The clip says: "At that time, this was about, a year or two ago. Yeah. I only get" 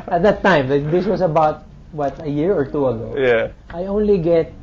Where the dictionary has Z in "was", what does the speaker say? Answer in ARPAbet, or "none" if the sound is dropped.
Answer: S